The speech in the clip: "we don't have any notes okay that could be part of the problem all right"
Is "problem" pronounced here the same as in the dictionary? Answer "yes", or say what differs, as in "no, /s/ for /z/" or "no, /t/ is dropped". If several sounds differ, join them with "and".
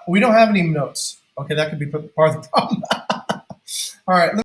no, /ɹ/ is dropped